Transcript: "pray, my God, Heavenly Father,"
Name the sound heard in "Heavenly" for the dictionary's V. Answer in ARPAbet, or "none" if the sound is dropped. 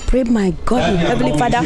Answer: none